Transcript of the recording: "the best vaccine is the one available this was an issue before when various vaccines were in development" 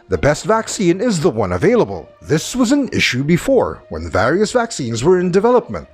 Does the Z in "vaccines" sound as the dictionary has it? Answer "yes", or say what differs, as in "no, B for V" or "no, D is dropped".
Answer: yes